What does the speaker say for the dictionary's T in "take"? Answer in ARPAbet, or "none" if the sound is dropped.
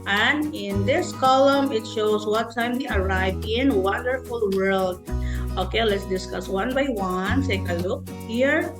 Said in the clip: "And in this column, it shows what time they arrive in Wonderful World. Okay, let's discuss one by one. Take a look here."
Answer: S